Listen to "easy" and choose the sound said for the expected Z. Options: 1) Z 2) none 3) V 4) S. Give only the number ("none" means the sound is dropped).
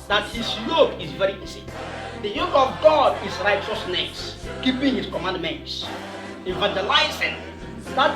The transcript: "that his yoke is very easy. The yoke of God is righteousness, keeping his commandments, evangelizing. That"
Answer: 4